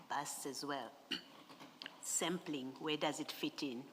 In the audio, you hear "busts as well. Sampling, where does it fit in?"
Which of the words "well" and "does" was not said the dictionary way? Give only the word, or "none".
none